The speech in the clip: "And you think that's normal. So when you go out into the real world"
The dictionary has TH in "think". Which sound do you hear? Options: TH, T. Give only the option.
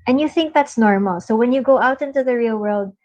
TH